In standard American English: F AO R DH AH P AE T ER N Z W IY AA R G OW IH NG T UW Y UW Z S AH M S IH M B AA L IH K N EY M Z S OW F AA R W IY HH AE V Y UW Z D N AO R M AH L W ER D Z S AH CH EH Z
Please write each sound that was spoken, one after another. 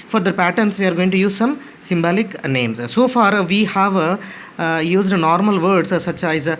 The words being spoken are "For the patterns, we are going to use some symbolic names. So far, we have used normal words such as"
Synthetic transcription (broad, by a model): F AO R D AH P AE T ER N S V IY AA R G OW IH NG T UW Y UW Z S AH M S IH M B AA L IH K N EY M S S OW F AA R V IY HH AE V Y UW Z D N AO R M AH L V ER D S S AH CH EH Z